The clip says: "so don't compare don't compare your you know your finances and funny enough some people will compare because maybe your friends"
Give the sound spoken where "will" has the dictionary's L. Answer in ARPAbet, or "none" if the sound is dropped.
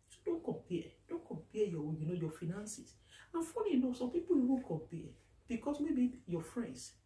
N